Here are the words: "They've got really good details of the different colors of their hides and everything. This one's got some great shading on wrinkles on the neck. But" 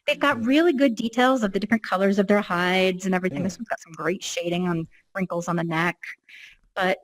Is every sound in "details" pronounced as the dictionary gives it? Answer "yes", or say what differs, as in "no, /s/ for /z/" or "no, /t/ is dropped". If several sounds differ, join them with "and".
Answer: yes